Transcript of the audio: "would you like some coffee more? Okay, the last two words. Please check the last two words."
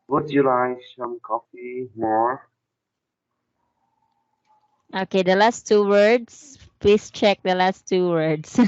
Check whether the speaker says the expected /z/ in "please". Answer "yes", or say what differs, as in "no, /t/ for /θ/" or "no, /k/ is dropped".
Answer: no, /s/ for /z/